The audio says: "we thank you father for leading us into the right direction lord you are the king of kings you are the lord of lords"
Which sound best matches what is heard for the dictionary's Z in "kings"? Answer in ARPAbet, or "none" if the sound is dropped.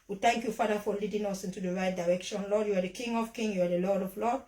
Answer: none